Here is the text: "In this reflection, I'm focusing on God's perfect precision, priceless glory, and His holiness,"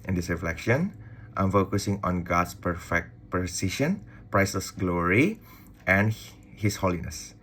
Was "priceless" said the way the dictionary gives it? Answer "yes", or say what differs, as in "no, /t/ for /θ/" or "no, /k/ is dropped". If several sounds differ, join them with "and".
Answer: no, /l/ is dropped